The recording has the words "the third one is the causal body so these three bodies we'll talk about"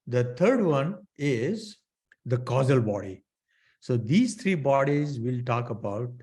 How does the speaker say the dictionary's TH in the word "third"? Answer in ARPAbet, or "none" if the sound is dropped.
T